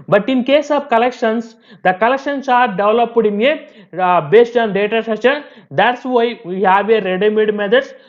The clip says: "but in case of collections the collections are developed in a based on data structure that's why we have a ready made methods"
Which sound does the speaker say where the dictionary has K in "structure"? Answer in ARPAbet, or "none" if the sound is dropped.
none